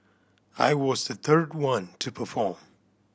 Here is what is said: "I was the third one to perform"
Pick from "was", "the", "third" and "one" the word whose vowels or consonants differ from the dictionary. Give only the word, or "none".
none